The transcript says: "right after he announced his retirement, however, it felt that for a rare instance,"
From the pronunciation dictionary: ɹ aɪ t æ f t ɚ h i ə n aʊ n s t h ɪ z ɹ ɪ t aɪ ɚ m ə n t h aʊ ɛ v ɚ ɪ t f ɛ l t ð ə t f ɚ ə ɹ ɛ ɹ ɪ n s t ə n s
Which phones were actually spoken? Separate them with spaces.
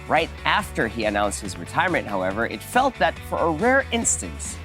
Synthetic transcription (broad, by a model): ɹ aɪ t æ f t ɚ i ə n aʊ n s t h ɪ z ɹ ɪ t aɪ ɚ m ə n t h aʊ ɛ v ɚ ɪ t f ɛ l t ð ə t f ɚ ə ɹ ɛ ɹ ɪ n s t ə n s